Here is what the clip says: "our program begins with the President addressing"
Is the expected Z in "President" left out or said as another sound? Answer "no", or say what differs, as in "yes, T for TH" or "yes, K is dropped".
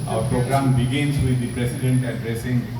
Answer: yes, S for Z